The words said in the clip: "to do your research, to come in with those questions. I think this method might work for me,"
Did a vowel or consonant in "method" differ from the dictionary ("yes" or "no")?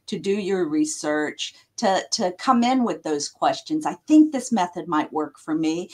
no